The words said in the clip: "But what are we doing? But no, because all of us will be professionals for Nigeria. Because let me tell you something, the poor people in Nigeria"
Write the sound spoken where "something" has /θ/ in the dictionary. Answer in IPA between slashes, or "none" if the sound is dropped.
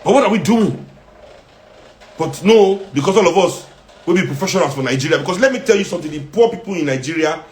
/t/